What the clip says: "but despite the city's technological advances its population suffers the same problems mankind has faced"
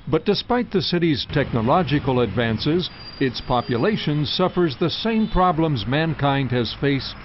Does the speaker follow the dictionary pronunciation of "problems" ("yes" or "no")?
yes